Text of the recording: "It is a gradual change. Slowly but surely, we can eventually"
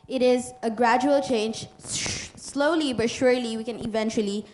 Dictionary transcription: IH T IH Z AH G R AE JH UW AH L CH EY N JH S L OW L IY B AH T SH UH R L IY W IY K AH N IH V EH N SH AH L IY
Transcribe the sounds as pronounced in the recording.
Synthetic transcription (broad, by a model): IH T IH Z AH G R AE JH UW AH L CH EY N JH S L OW L IY B AH T SH UH R L IY W IY K AH N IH V EH N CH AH L IY